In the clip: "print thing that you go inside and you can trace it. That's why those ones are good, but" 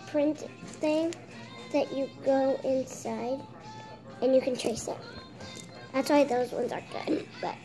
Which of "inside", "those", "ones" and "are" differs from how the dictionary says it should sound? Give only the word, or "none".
none